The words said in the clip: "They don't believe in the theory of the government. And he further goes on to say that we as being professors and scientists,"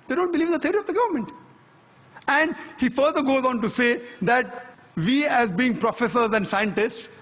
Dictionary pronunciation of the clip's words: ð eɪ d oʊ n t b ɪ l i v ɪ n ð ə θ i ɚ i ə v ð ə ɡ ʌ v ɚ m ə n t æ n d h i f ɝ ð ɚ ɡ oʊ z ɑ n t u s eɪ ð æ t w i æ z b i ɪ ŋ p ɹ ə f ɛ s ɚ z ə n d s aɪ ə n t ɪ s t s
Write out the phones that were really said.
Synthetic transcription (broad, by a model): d eɪ d oʊ n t b ɪ l i v ɪ n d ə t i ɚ i ə v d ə ɡ ʌ v ɚ m ə n t æ n d h i f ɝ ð ɚ ɡ oʊ z ɑ n t u s eɪ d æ t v i æ z b i ɪ ŋ p ɹ ə f ɛ s ɚ z ə n d s aɪ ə n t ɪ s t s